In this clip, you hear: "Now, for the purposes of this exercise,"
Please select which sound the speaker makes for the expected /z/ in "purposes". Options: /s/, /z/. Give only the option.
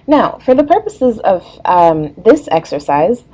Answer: /z/